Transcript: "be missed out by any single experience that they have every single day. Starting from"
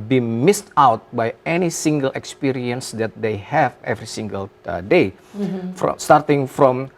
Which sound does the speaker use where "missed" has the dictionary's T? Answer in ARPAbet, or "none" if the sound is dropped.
T